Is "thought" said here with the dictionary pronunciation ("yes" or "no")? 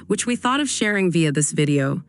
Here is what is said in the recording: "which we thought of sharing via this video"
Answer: yes